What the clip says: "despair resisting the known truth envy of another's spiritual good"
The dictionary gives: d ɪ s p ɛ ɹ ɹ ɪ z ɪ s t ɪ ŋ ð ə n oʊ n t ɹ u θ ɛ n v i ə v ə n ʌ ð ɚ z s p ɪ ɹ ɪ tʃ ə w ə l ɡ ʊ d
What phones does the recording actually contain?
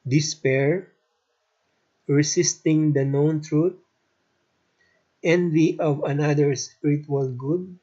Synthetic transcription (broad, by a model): d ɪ s p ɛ ɹ ɹ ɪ s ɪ s t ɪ ŋ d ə n oʊ n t ɹ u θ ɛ n v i ə v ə n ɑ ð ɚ s p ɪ ɹ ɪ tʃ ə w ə l ɡ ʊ d